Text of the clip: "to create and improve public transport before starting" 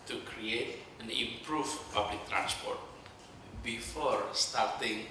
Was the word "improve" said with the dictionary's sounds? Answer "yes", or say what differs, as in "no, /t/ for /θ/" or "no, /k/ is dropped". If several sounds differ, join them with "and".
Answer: no, /f/ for /v/